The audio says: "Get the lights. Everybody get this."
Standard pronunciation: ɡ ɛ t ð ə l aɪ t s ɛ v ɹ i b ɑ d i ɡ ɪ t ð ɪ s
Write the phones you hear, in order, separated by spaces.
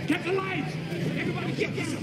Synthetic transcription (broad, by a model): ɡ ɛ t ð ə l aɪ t ɛ v ɹ i b ɑ d i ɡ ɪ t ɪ